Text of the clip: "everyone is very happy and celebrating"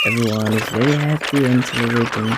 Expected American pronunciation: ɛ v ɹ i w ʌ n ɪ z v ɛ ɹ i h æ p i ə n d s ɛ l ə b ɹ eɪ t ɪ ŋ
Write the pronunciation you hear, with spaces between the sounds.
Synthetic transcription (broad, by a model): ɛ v ɹ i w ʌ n ɪ z w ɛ i h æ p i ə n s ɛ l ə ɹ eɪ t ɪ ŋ